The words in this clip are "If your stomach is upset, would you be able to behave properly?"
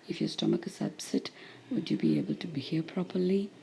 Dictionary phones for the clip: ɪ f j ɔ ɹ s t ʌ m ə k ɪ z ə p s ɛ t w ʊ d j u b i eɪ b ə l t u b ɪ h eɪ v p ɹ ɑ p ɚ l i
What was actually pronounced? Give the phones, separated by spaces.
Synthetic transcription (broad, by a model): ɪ f j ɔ s t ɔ m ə k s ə b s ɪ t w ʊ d j u b i eɪ b ə l t u b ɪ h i p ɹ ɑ p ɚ l i